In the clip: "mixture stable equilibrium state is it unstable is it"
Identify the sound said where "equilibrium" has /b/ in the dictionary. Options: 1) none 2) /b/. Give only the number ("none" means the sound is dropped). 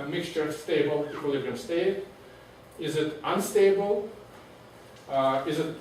1